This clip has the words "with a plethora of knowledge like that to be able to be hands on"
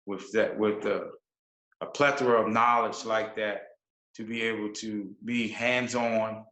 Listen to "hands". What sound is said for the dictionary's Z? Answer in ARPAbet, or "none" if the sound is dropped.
Z